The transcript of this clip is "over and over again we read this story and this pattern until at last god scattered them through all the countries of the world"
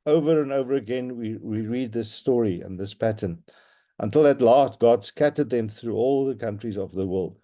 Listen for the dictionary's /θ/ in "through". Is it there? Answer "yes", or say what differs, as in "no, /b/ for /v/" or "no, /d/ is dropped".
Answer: yes